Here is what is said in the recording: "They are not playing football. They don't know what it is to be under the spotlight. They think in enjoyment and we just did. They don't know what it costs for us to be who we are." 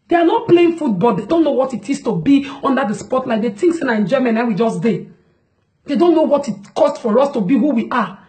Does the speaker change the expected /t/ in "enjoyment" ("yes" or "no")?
yes